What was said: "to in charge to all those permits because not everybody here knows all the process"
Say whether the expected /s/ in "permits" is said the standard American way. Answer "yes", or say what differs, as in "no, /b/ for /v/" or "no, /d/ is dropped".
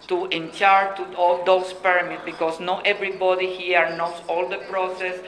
no, /s/ is dropped